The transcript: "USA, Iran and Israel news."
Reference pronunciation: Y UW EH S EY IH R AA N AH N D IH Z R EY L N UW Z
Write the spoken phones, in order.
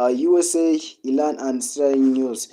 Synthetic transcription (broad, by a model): Y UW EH S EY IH L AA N AH N D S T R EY N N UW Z